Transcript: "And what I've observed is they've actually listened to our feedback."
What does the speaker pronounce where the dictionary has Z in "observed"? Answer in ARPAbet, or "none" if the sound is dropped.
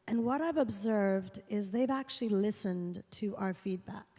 Z